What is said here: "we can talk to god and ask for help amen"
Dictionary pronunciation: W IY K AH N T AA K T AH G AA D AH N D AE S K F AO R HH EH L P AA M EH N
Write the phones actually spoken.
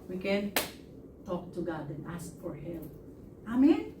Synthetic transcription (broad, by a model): W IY K AH N T AA K T AH G AA D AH N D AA S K F AO R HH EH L AA M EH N